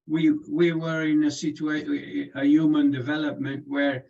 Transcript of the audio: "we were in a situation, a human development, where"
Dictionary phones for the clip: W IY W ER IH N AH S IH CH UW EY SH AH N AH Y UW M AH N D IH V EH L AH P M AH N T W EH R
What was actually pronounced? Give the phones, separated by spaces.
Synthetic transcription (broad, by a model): W IY W ER IH N AH S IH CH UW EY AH AH Y UW M AH N D IH V EH L AH P M AH N T W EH R